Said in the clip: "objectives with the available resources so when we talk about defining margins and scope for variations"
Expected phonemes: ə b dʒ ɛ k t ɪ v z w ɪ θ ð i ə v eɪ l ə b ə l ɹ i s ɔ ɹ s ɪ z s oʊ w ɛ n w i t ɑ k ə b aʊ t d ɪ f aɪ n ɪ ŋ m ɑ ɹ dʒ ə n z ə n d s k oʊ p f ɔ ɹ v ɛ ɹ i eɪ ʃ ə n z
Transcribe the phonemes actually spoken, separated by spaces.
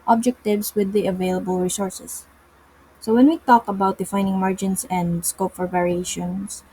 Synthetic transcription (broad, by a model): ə b dʒ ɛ k t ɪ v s w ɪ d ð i ə v eɪ l ə b ə l ɹ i s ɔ ɹ s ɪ s oʊ w ɛ n w i t ɑ k ə b aʊ t d ɪ f aɪ n ɪ ŋ m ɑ ɹ dʒ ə n s ə n d s k oʊ p f ɔ ɹ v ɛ ɹ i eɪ ʃ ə n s